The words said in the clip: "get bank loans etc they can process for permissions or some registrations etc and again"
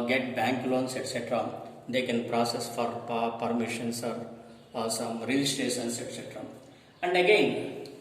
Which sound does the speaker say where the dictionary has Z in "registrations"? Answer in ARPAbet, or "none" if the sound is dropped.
S